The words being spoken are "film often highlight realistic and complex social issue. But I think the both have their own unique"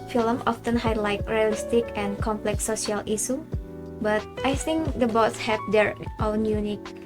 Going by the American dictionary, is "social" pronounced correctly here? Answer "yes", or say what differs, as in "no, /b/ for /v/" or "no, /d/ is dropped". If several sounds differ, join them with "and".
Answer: no, /ʃ/ is dropped